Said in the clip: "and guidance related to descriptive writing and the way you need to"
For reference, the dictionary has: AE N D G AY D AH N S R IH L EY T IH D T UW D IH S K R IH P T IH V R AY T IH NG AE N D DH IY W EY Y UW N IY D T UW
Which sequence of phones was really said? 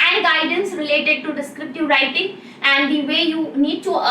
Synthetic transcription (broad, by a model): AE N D G AY D AH N S R IH L EY T IH D T UW D IH S K R IH P T IH V R AY T IH NG AE N D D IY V EY Y UW N IY D T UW